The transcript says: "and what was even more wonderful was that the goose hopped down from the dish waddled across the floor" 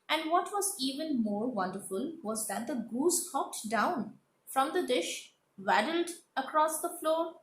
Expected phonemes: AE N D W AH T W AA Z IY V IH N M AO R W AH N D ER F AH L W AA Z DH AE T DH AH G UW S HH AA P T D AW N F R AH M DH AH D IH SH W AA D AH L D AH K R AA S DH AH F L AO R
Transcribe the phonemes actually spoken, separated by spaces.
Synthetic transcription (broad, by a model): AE N D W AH T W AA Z IY V IH N M AO R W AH N D ER F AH L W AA Z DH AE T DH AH G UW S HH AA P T D AW N F R AH M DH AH D IH SH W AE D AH L D AH K R AA S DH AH F L AO R